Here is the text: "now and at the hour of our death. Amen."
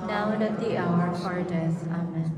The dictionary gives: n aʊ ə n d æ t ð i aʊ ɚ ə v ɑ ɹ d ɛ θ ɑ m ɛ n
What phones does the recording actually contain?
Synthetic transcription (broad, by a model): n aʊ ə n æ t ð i aʊ ɚ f ɑ ɹ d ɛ s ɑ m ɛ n